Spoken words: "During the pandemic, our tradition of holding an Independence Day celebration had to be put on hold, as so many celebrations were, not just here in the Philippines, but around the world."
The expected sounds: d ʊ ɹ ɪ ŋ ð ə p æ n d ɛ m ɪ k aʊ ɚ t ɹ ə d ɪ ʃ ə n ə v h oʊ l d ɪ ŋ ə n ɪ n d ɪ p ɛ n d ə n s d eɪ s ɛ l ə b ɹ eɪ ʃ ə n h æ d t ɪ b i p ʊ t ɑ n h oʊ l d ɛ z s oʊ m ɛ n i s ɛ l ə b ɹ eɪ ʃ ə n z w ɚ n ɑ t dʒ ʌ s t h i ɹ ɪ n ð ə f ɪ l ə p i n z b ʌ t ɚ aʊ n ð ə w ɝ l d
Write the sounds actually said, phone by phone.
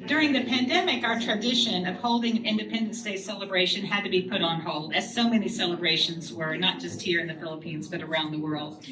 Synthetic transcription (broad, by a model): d ʊ ɹ ɪ ŋ ð ə p æ n d ɛ m ɪ k aʊ ɚ t ɹ ə d ɪ ʃ ə n ə v h oʊ l d ɪ ŋ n ɪ n d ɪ p ɛ n d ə n s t eɪ s ɛ l ə b ɹ eɪ ʃ ə n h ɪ d t ɪ b i p ʊ t n h oʊ l d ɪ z s oʊ m ɛ n i s ɛ l ə b ɹ eɪ ʃ ə n z w ɚ n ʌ t dʒ ʌ s t h i ɹ ɪ n ð ə f ɪ l ə p i n z b ʌ t ɚ aʊ n ð ə w ɝ l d